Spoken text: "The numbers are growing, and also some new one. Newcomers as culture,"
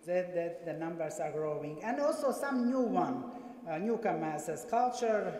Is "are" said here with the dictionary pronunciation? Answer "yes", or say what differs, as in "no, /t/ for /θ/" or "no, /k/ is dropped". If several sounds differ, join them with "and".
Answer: yes